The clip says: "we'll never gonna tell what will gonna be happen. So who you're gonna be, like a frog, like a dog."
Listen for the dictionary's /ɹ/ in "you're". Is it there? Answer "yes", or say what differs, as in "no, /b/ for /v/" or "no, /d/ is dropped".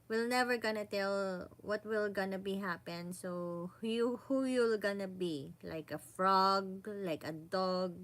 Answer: no, /l/ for /ɹ/